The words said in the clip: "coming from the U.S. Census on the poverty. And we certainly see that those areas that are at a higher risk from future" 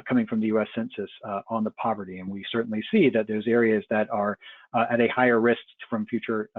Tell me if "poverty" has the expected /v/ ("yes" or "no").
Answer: yes